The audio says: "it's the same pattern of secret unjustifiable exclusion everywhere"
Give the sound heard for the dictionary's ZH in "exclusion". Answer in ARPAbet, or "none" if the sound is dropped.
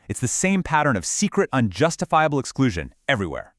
ZH